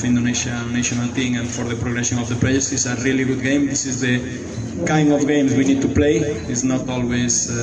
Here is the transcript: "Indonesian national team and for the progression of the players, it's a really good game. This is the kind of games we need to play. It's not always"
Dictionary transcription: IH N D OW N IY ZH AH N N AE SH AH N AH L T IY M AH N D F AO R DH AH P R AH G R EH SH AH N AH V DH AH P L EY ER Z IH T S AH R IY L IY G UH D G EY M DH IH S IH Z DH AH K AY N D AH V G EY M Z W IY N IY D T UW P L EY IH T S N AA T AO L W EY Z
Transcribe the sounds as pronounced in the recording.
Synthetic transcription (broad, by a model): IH N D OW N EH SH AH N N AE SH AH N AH L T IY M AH N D F AO R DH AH P R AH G R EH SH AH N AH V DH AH P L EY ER S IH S AH R IY L IY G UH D G EY M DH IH S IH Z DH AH K AY N D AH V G EY M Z W IY N IY D T UW P L EY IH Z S N AA T AO L W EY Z